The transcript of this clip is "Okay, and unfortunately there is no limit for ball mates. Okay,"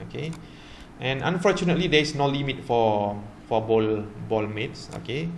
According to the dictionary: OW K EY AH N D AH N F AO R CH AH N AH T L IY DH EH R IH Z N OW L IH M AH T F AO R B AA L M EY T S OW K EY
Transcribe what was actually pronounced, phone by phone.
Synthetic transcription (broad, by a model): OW K EY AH N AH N F AO CH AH N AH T L IY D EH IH S N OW L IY M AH T F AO L B AA L M EY T S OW K EY